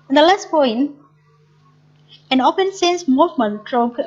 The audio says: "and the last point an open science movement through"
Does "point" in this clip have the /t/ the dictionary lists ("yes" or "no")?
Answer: no